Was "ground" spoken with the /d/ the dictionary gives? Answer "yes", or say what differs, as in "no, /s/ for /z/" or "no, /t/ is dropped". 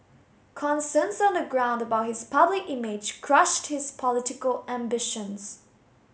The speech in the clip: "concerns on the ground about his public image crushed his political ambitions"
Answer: yes